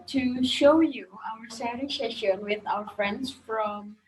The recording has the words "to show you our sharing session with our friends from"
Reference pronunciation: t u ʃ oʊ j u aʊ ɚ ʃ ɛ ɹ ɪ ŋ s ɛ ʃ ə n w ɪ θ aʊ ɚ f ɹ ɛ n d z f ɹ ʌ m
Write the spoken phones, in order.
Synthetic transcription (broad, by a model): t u ʃ oʊ j u aʊ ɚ s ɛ ɹ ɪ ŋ s ɛ ʃ ə n w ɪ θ aʊ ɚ f ɹ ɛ n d s f ɹ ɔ m